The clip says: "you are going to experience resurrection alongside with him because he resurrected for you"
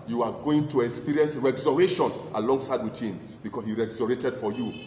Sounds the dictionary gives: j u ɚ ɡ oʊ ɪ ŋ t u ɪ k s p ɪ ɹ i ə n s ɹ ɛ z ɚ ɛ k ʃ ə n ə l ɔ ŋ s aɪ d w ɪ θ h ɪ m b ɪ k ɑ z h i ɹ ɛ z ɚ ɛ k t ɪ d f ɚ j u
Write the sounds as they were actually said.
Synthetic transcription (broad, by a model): j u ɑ ɡ oʊ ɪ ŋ t u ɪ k s p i ɹ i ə n s ɹ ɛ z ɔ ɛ ʃ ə n ə l ɔ ŋ s aɪ d w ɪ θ h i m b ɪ k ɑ s h i ɹ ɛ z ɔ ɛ t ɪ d f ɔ j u